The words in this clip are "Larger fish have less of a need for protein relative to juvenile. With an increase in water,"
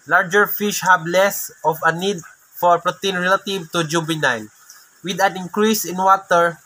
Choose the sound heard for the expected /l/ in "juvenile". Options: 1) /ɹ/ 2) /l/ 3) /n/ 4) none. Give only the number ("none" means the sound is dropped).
3